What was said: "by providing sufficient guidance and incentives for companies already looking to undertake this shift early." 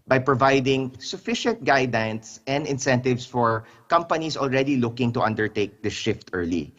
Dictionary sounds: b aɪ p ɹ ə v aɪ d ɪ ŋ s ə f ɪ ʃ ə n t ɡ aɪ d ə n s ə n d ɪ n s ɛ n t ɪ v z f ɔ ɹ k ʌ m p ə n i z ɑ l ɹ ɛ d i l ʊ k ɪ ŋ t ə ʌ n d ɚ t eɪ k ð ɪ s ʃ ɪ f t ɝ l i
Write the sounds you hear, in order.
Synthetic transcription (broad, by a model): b aɪ p ɹ ə v aɪ d ɪ ŋ s ə f ɪ ʃ ə n t ɡ aɪ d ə n s ə n d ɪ n s ɛ n t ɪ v s f ɔ ɹ k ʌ m p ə n i s ɑ l ɹ ɛ d i l ʊ k ɪ ŋ t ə ʌ n d ɚ t eɪ k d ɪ ʃ ɪ f t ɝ l i